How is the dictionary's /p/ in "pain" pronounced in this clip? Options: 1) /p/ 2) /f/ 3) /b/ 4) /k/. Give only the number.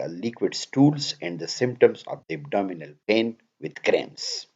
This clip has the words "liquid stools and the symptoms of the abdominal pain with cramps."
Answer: 1